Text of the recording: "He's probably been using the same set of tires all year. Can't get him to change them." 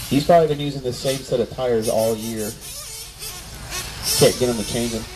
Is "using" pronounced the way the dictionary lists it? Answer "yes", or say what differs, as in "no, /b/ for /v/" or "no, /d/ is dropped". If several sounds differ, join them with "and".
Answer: yes